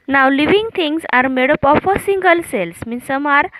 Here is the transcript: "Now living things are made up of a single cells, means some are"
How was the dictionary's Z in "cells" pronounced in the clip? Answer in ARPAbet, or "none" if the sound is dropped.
S